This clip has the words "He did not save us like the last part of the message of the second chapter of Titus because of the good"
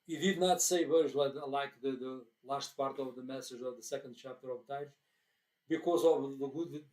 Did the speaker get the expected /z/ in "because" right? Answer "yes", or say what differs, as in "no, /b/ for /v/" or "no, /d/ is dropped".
yes